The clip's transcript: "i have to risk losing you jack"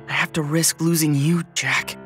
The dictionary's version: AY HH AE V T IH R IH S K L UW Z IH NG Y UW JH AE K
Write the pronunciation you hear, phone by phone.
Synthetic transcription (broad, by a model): AY HH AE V T IH R IH S K L UW Z IH NG Y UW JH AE K